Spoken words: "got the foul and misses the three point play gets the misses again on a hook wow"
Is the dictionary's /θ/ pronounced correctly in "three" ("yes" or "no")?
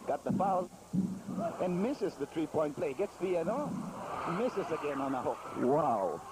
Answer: no